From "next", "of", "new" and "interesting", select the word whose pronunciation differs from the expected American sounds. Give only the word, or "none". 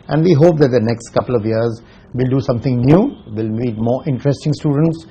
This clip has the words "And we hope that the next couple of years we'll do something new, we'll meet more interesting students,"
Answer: none